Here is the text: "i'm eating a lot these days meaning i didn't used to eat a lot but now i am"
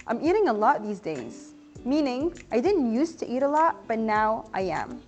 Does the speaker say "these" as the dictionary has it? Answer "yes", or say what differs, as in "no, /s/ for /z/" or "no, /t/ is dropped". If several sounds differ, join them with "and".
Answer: yes